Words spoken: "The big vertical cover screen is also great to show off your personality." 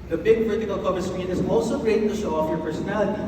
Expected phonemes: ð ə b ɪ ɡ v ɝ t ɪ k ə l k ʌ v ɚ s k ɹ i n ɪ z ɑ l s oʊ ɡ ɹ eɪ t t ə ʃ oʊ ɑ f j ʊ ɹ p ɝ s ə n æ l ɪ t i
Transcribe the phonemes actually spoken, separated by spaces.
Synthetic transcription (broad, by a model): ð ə b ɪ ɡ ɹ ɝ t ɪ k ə l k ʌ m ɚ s ɹ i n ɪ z ɑ l s oʊ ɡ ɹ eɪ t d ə ʃ oʊ ɑ f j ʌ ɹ p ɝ s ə n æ l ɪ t i